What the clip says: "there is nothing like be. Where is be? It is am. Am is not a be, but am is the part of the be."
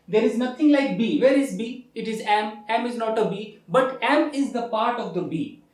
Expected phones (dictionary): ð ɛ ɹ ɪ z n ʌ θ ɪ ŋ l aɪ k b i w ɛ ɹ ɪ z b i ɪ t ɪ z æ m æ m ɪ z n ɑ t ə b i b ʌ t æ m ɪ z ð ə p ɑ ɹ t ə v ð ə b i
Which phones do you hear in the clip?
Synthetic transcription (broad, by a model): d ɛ ɹ ɪ z n ʌ t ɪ ŋ l aɪ k b i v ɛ ɹ ɪ z b i ɪ t ɪ z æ m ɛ m ɪ z n ɑ t ə b i b ʌ t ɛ m ɪ z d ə p ɑ ɹ t ə v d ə b i